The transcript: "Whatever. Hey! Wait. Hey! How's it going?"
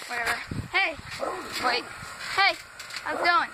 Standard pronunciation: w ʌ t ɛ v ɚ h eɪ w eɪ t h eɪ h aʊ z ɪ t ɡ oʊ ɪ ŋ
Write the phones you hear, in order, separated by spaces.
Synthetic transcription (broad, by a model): w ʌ t ɛ v ɚ h eɪ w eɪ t h eɪ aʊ ɪ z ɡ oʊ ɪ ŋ